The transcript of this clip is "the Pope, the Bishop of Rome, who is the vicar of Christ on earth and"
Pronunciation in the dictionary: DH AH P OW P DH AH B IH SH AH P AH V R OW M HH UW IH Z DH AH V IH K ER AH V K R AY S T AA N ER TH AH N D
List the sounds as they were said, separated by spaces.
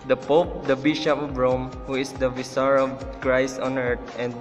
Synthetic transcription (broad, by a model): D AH P OW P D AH B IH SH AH P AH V R OW M HH UW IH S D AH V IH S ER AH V K R AY S T AA N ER T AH N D